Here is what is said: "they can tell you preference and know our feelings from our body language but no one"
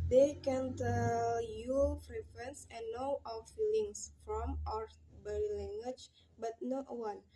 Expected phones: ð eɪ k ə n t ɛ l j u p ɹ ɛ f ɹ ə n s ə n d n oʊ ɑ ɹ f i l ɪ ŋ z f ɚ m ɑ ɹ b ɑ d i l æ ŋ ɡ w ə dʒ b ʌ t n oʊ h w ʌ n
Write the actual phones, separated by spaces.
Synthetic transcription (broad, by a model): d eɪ k ə n t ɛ l j u f ɹ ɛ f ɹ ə n s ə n n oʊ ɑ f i l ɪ ŋ s f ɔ m ɑ ɹ b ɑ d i l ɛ ŋ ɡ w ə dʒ b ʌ t n oʊ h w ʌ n